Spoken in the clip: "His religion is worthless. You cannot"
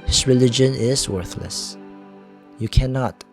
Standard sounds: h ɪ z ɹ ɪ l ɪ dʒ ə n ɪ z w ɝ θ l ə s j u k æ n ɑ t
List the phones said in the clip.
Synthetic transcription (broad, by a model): h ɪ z ɹ ɪ l ɪ dʒ ə n ɪ z w ɝ θ l ə s j u k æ n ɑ t